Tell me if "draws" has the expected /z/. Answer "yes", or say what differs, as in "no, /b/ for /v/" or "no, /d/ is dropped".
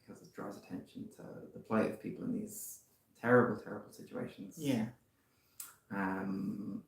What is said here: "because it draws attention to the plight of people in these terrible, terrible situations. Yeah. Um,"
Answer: yes